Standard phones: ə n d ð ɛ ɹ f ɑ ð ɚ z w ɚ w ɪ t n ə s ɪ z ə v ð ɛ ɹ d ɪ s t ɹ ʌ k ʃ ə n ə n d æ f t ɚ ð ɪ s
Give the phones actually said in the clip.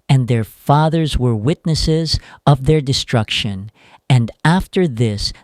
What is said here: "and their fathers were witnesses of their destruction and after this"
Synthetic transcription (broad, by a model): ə n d ð ɛ ɹ f ɑ ð ɚ z w ɚ w ɪ t n ə s ɪ z ə v ð ɛ ɹ d ɪ s t ɹ ʌ k ʃ ə n ə n d æ f t ɚ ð ɪ s